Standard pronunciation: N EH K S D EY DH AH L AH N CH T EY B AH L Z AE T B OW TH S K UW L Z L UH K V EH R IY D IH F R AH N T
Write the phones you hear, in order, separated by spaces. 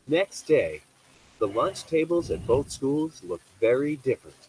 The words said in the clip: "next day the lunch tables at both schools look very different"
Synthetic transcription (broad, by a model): N EH K S D EY DH AH L AH N CH T EY B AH L Z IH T B OW TH S K UW L Z L UH K V EH R IY D IH F R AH N T